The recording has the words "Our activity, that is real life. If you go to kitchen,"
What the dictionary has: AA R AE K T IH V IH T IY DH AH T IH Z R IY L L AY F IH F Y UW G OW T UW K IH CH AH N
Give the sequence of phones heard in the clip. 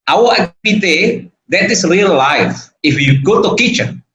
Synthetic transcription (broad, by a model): AA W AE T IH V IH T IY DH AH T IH S R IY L L AY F IH F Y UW G OW T UW K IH CH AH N